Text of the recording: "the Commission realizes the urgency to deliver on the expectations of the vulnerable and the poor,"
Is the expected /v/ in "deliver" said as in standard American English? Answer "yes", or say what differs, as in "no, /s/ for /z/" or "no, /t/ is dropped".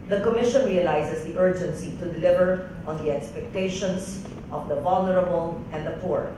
yes